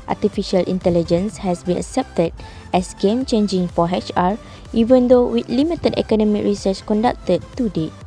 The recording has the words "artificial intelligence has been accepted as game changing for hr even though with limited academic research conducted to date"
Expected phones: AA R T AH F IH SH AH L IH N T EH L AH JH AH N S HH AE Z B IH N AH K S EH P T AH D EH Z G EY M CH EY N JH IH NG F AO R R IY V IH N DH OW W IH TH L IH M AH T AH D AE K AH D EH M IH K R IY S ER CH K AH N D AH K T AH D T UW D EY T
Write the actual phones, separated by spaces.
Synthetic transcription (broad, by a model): AA T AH F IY SH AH L IH N T EH L AH JH AH N S HH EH S B IH N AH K S EH P T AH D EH S G EY M CH EY N JH IH NG F AO R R IY V IH N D OW W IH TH L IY M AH T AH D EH K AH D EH M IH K R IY S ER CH K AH N D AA K T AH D T UW D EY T